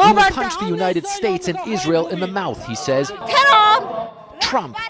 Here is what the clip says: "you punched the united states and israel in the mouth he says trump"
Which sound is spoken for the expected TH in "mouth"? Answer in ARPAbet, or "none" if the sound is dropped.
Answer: TH